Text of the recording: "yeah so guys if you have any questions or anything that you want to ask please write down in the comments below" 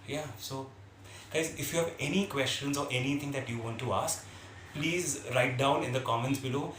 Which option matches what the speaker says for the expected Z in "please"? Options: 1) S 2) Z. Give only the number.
2